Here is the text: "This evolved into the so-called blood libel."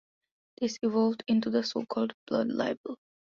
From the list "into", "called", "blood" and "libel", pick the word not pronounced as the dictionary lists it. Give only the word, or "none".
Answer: none